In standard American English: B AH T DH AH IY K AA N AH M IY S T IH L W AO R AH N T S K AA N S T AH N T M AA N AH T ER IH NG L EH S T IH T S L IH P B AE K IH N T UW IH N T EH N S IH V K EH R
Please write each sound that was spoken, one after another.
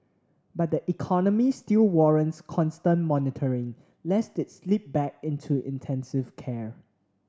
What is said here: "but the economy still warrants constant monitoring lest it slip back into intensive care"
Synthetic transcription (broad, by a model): B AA T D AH IY K AA N AH M IY S T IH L W AO R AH N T S K AA N S T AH N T M AA N AH T ER IH NG L EH S T IH T S L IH P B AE K IH N T UW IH N T EH N S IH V K EH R